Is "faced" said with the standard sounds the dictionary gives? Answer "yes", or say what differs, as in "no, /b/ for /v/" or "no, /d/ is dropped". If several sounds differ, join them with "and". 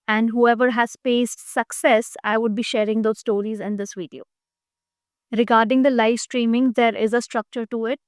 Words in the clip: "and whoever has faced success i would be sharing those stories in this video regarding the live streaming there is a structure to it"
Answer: no, /p/ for /f/